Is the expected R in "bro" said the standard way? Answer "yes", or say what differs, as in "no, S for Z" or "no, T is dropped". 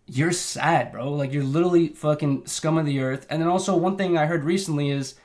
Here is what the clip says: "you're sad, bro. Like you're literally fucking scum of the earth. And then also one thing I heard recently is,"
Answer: yes